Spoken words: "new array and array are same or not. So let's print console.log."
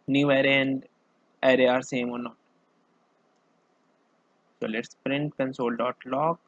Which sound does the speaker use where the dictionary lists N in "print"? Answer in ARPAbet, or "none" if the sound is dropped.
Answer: N